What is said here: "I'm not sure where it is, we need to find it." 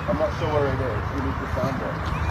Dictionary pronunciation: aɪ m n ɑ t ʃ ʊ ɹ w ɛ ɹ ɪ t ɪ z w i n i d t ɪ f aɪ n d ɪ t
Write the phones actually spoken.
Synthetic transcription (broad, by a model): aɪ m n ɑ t s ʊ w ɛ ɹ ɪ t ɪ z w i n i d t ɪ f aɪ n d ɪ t